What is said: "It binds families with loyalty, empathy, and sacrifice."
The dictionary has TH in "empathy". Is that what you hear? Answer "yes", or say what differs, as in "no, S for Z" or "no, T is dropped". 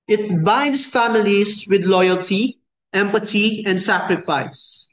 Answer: no, T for TH